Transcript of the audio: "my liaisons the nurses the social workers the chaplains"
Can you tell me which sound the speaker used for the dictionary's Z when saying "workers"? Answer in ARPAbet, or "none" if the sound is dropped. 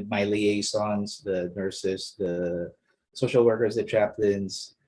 Z